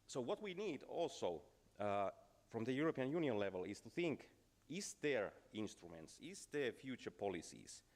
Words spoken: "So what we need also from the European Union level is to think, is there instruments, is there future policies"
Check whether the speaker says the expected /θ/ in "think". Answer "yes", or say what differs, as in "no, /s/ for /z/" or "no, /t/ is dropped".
yes